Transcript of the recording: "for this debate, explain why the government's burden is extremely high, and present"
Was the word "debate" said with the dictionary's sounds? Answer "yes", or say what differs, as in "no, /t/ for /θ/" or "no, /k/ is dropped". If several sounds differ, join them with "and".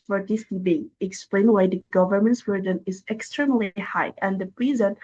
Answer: no, /t/ is dropped